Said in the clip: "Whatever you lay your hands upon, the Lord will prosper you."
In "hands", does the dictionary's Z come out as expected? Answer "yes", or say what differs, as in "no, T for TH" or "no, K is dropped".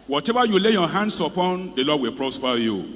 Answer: no, S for Z